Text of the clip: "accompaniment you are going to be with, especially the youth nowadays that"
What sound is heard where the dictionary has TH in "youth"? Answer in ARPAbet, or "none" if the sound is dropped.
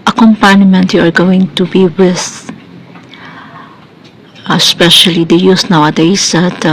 S